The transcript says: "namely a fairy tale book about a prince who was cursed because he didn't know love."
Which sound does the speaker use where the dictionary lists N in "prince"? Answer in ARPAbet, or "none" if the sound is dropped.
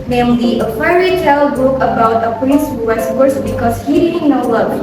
none